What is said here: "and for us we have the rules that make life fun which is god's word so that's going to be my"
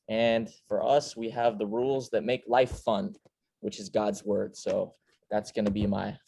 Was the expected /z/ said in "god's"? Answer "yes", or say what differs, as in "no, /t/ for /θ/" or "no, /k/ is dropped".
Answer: yes